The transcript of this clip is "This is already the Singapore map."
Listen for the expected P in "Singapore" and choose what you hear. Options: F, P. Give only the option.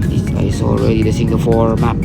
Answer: F